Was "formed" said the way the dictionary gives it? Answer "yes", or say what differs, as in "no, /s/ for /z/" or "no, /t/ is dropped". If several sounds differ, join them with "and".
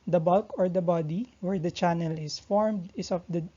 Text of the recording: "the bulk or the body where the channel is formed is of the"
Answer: yes